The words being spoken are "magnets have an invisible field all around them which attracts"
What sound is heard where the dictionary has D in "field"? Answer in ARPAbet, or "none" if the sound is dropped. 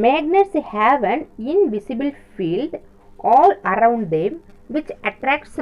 D